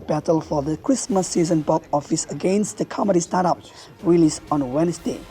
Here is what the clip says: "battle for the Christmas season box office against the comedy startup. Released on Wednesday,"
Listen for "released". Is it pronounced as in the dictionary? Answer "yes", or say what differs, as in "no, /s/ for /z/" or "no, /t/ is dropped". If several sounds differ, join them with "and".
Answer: no, /t/ is dropped